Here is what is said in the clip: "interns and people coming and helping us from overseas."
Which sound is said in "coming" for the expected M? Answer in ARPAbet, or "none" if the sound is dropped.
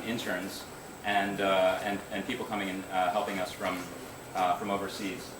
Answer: M